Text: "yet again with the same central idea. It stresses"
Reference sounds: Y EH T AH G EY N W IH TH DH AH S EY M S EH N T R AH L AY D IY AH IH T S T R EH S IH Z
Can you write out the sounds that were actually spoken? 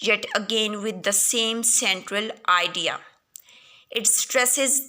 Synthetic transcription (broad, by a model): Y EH T AH G EY N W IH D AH S EY M S EH N T R AH L AY D IY AH IH T S T R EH S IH Z